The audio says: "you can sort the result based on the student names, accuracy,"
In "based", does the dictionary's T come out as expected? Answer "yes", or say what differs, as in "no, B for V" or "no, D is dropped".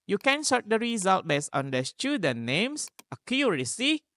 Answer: no, T is dropped